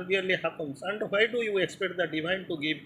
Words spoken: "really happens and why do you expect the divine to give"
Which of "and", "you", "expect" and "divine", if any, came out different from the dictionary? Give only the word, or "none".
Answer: none